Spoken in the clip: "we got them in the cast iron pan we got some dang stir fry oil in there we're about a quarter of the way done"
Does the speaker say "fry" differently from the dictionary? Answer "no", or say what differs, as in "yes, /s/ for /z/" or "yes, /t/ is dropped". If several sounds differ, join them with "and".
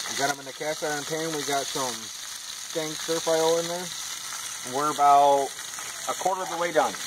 yes, /ɹ/ is dropped